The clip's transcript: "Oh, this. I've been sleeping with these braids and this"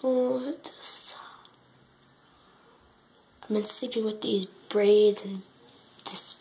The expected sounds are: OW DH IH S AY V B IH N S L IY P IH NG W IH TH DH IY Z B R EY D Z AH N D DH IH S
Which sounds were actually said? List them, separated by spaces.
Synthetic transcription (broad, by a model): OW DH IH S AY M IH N S IY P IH W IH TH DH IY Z B R EY D Z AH N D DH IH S